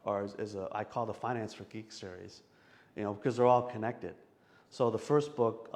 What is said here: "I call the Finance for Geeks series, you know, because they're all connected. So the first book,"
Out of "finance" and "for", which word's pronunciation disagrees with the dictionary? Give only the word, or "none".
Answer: none